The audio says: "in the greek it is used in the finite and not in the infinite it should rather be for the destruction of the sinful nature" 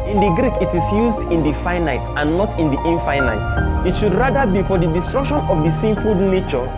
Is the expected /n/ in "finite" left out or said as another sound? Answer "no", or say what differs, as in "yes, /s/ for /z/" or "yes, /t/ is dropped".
no